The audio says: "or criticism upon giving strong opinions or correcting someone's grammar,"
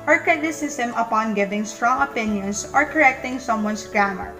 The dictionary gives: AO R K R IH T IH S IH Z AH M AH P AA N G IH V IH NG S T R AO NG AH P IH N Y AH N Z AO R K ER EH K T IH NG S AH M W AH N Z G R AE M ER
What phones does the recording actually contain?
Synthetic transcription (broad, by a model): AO R K R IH T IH S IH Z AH M AH P AA N G IH V IH NG S T R AO NG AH P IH N Y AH N S AO R K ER EH K T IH NG S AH M W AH N S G R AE M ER